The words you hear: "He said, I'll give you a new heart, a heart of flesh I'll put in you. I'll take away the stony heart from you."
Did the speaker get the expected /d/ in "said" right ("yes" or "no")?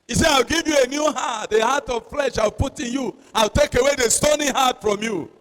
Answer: no